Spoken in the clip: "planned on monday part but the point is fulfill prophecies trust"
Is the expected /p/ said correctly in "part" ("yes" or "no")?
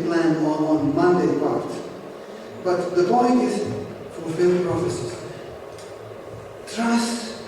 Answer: no